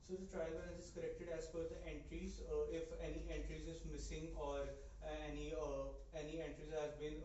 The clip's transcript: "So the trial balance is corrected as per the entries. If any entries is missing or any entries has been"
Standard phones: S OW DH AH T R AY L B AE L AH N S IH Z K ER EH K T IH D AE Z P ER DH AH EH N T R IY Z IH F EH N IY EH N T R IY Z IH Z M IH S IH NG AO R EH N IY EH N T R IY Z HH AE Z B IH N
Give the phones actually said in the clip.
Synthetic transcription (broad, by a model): S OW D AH T R AY L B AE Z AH S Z K ER EH K T IH D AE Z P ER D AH EH N T R IY Z IH F EH N IY EH N T R IY Z IH Z M IH S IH NG AO R EH N IY EH N T R IY Z HH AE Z B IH N